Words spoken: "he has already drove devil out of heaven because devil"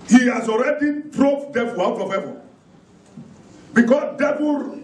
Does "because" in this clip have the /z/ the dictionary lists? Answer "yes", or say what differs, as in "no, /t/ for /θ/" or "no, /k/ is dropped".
no, /s/ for /z/